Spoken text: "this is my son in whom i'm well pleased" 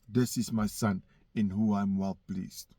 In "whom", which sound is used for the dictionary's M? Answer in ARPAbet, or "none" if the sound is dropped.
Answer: none